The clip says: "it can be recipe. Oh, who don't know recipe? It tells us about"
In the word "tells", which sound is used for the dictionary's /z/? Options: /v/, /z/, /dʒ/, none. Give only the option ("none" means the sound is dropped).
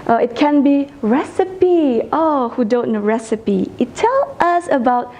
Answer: none